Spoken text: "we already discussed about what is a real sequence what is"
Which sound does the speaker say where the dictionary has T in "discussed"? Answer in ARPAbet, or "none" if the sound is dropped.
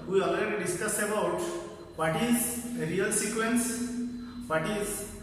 none